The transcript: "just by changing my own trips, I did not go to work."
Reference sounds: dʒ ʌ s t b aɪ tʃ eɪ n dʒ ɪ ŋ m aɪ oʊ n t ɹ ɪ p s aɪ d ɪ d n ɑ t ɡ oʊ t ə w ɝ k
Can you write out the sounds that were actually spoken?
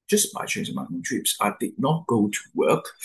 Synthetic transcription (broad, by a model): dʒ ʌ s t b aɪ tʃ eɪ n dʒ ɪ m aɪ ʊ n t ɹ ɪ p s aɪ d ɪ d n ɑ t ɡ oʊ t ə w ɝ k